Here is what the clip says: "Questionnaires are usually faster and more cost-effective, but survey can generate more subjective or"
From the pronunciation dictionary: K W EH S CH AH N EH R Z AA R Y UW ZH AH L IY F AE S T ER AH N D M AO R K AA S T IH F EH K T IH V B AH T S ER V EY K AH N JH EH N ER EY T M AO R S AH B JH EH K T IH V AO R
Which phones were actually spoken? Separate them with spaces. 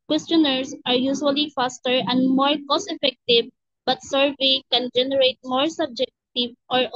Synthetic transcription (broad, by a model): K W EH S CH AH N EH R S AA R Y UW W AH L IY F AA S T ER AH N D M AO R K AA S IH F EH K T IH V B AH T S ER V EY K AH N JH EH N ER EY T M AO R S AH B JH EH K T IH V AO R